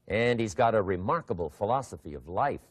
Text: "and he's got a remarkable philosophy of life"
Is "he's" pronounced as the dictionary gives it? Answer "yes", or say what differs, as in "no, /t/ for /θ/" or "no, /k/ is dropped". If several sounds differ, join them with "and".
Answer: yes